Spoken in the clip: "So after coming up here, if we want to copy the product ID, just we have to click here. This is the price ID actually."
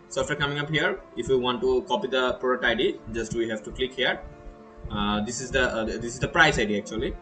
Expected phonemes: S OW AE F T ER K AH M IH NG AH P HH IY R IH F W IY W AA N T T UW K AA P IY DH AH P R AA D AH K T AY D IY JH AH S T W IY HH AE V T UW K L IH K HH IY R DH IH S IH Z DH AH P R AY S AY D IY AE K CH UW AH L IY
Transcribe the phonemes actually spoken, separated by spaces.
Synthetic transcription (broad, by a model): S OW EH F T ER K AH M IH NG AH P HH IY R IH F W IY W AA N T T UW K AA P IY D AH P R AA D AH T AY D IY JH AH S T W IY HH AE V T UW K L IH K HH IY R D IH S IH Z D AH P R AY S AY D IY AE K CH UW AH L IY